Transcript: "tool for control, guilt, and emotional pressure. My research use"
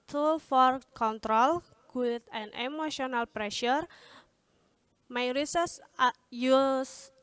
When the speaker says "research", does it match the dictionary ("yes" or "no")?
no